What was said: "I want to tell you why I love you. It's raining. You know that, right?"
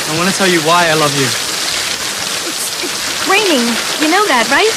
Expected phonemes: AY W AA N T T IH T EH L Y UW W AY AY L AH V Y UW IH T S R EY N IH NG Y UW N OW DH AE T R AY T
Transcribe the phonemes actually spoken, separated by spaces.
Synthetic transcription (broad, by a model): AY W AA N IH T EH L Y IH W AY AY L AH V Y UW IH T S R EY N IH NG Y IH N OW DH AE T R AY T